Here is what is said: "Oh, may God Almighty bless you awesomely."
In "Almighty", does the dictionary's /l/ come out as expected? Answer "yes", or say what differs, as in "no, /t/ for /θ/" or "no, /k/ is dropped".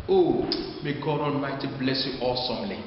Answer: no, /n/ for /l/